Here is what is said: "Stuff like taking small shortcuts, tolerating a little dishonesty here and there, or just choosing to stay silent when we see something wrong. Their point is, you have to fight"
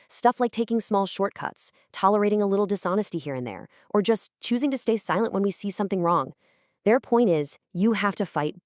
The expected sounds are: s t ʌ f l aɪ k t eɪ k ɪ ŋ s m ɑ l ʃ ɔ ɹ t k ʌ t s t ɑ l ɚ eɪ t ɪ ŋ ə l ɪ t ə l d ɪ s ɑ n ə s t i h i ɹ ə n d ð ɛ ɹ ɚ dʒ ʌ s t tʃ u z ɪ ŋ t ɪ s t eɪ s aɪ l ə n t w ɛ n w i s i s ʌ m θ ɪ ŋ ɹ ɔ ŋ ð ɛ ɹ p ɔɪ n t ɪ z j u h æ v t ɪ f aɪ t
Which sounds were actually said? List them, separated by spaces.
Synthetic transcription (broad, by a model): s t ʌ f l aɪ k t eɪ k ɪ ŋ s m ɑ l ʃ ɔ ɹ t k ʌ t s t ɑ l ɚ eɪ t ɪ ŋ ə l ɪ t l d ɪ s ɑ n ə s t i h i ɹ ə n ð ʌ ɹ ɚ dʒ ʌ s tʃ u z ɪ ŋ t ɪ s t eɪ s aɪ l ə n t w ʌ n w i s i s ʌ m θ ɪ ŋ ɹ ɔ ŋ ð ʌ ɹ p ɔɪ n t ɪ z j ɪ h æ f t ɪ f aɪ t